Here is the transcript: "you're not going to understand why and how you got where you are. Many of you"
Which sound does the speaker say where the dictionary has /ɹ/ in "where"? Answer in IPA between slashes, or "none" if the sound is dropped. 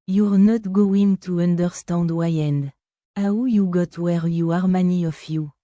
/ɹ/